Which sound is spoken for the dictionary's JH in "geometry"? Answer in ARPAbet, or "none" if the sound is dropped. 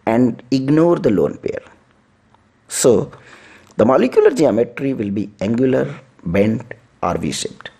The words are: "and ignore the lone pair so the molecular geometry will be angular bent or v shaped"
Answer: JH